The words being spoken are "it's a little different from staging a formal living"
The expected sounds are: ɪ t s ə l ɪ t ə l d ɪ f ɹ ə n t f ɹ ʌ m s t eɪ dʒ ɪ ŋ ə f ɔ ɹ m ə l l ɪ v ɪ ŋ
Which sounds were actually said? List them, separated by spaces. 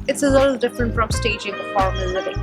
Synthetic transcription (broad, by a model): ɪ t s ə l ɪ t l d ɪ f ɹ ə n t f ɹ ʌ m s t eɪ dʒ ɪ ŋ ə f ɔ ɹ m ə n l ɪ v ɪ